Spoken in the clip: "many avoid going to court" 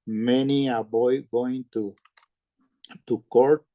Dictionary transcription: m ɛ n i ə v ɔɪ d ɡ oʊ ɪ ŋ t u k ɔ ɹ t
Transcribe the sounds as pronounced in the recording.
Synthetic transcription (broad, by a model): m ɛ n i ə b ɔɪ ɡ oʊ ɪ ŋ t u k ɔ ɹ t